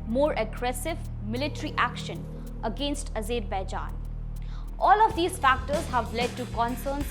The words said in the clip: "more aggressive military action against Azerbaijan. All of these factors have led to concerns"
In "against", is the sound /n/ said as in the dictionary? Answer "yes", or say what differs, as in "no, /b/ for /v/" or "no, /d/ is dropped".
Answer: yes